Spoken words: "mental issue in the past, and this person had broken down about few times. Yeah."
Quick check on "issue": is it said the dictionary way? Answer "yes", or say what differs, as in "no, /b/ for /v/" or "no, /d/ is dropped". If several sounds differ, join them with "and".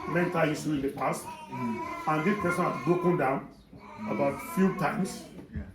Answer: no, /s/ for /ʃ/